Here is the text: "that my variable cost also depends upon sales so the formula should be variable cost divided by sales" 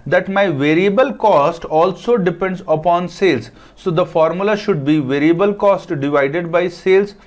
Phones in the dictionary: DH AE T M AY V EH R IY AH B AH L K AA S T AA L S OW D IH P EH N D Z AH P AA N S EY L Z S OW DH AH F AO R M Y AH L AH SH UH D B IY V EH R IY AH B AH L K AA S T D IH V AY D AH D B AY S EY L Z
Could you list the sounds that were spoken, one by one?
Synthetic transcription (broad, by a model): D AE T M AY V EH R IY AH B AH L K AA S T AA L S OW D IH P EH N D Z AH P AA N S EY L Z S OW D AH F AO R M Y AH L AH SH UH D B IY V EH R IY AH B AH L K AA S T D IH V AY D AH D B AY S EY L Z